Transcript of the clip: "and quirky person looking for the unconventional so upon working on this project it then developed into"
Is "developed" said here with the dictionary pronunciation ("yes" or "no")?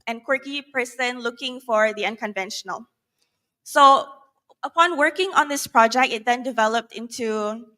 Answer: yes